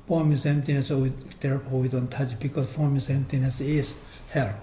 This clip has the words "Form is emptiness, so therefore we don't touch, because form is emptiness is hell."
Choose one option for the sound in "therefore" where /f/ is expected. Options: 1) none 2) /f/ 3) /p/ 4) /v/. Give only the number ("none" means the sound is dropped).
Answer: 3